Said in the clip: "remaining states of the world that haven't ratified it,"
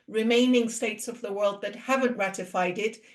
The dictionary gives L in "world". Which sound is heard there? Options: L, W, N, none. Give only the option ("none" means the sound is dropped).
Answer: L